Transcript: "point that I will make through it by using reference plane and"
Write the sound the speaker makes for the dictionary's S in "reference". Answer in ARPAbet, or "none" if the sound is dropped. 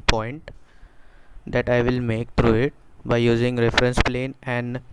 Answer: S